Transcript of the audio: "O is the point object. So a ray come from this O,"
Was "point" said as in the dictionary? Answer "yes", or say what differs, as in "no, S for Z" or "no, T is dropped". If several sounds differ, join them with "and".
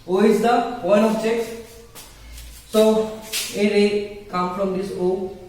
no, T is dropped